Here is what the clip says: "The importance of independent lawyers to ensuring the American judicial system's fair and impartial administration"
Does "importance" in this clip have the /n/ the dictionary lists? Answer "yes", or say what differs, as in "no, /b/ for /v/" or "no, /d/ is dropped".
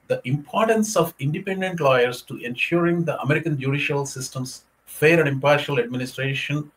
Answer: yes